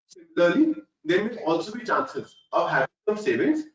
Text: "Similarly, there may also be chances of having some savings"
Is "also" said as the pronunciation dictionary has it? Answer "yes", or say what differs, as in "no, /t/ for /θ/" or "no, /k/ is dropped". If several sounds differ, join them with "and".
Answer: yes